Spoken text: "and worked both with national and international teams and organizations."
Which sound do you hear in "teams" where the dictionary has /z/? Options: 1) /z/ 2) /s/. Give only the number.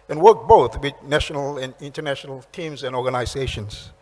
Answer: 1